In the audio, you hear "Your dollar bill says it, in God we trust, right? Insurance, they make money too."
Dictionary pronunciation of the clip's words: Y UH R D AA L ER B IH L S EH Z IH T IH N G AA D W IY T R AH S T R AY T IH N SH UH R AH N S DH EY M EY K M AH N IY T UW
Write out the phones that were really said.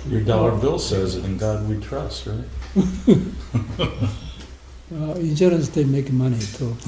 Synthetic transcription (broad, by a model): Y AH R D AA L ER B IH L S EH Z IH T IH N G AA D W IY T R AH S T R AY T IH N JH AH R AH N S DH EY M EY K M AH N IY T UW